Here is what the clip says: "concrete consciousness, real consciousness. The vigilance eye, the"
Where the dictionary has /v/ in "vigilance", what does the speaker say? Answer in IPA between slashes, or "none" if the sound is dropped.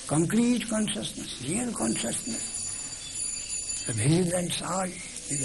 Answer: /p/